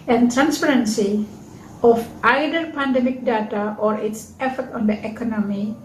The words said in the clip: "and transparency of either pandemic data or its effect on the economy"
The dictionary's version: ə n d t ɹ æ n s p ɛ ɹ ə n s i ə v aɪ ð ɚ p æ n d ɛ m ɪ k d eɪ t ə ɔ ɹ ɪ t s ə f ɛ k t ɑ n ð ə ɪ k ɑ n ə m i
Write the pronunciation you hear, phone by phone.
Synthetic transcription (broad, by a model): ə n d t ɹ æ n s p ɛ ɹ ə n s i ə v aɪ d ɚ p æ n d ɛ m ɪ k d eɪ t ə ɔ ɹ ɪ t s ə f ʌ t ɑ n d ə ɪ k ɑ n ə m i